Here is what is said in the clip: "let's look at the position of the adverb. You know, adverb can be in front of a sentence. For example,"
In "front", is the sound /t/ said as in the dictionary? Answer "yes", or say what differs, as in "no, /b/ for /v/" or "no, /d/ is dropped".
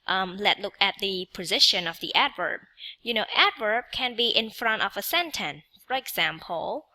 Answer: yes